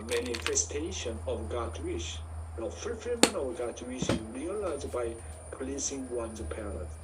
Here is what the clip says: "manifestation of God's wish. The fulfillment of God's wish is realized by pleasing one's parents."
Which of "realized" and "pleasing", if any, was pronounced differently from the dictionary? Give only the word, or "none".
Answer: pleasing